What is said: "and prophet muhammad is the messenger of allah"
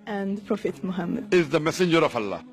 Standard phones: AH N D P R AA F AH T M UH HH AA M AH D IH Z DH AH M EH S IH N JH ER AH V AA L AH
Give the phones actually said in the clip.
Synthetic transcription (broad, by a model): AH N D P R AA F AH T M UH HH AA M AH D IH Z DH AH M EH S IH N JH ER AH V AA L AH